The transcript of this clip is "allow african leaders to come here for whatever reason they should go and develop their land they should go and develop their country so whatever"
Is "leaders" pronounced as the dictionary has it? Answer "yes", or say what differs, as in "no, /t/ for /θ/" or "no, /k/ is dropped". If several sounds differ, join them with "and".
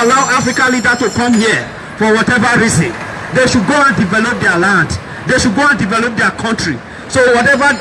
no, /z/ is dropped